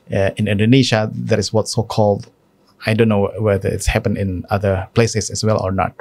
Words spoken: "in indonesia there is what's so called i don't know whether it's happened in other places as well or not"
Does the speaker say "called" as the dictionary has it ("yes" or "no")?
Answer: yes